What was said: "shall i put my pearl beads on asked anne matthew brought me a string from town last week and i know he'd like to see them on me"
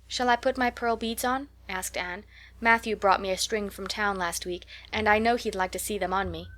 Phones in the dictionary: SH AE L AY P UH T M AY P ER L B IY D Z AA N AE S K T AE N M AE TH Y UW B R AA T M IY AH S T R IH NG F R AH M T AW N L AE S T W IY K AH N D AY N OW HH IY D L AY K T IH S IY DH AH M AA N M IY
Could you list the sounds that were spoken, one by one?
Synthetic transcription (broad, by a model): SH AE L AY P UH T M AY P ER L B IY D Z N AE S K T AE N M AE TH Y UW B R AA T M IY AH S T R IH NG F R AH M T AW N L AE S T W IY K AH N AY N OW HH IY D L AY K T IH S IY DH AH M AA N M IY